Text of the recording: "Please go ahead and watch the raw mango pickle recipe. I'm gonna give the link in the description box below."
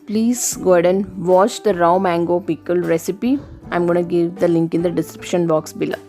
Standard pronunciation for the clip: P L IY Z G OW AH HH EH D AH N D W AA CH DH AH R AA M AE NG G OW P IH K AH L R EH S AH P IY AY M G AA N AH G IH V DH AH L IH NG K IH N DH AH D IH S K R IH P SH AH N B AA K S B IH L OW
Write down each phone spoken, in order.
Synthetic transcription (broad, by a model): P L IY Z G OW D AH N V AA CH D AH R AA M AE NG G OW P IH K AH L R EH S AH P IY AY M G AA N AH G IH V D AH L IH NG K IH N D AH D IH S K R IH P SH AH N B AA K S B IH L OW